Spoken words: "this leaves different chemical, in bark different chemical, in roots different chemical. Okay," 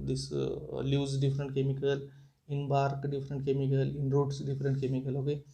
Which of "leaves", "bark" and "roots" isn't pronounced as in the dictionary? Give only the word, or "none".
leaves